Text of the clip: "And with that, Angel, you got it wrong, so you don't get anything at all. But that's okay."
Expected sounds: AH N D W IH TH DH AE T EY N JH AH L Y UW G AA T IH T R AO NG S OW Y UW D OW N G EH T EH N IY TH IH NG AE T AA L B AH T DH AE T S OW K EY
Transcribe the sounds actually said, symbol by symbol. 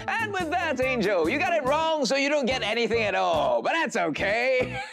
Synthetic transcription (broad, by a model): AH N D W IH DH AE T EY N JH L Y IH G AA T IH T R AO NG S OW Y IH D OW N G EH T EH N IY TH IH NG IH T AA L B AH T DH AE T S OW K EY